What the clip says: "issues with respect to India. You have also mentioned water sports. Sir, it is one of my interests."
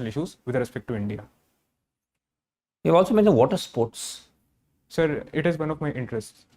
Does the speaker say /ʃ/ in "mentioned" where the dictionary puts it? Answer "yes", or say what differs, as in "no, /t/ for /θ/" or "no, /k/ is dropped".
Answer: no, /ʃ/ is dropped